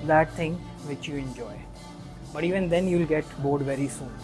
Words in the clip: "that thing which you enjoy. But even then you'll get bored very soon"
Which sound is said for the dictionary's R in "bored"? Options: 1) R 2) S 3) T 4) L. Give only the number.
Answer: 1